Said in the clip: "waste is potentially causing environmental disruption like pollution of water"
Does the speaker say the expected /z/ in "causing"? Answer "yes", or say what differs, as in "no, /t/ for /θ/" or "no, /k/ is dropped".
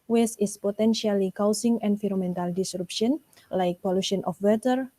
no, /s/ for /z/